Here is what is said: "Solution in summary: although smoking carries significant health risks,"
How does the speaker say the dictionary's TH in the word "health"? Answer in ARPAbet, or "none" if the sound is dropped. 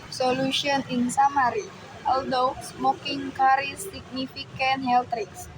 T